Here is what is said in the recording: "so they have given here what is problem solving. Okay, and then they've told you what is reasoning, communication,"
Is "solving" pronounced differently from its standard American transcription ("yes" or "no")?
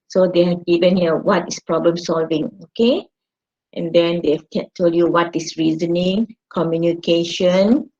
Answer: no